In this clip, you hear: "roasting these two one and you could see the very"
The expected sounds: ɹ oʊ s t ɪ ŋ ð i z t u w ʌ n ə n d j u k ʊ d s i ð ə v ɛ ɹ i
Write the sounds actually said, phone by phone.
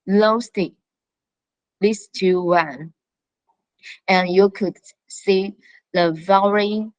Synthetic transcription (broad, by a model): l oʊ s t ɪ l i s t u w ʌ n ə n j u k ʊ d s i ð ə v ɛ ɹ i